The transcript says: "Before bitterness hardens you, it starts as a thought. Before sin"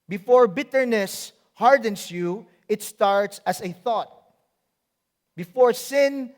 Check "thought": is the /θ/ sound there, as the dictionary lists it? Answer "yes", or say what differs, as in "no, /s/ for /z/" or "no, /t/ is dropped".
yes